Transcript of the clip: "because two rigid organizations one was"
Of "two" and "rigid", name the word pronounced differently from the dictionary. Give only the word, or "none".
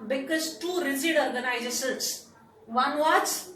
rigid